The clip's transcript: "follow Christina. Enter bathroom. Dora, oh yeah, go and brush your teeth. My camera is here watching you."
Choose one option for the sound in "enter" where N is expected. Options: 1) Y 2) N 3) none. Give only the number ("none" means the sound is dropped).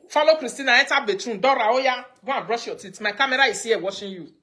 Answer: 3